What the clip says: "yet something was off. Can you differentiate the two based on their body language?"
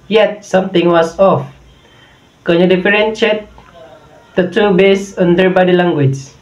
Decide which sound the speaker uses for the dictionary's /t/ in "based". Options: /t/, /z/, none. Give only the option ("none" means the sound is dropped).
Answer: none